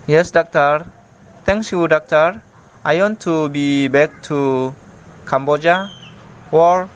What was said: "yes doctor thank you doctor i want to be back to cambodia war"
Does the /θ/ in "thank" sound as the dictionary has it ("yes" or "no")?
no